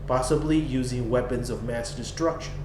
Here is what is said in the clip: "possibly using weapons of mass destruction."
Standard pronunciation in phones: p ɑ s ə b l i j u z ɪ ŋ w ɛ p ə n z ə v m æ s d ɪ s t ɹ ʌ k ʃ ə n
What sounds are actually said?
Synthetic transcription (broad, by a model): p ɑ s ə b l i j u z ɪ ŋ w ɛ p ə n z ə v m æ s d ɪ s t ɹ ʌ k ʃ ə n